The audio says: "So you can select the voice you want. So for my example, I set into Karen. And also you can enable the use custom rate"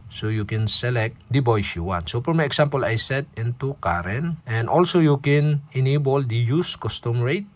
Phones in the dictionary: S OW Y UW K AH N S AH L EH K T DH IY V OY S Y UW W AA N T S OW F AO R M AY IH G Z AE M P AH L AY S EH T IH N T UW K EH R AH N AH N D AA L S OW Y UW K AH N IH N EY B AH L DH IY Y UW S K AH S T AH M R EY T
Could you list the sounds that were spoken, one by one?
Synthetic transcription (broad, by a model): S OW Y UW K AH N S AH L EH K T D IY B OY S Y UW W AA N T S OW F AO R M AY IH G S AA M P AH L AY S EH T IH N T UW K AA R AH N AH N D AA L S OW Y UW K AH N IH N EY B AH L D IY Y UW S K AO S T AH M R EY T